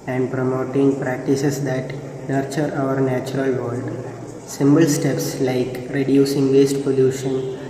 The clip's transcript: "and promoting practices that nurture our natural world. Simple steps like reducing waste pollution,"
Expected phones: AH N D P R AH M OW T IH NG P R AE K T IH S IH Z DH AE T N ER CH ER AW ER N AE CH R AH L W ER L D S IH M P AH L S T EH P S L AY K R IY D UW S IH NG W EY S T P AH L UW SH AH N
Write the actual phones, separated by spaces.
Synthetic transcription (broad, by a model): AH N D P R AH M OW T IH NG P R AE K T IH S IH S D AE T N ER CH ER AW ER N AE CH R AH L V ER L D S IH M B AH L S T EH P S L AY K R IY D UW S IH NG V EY S T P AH L UW SH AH N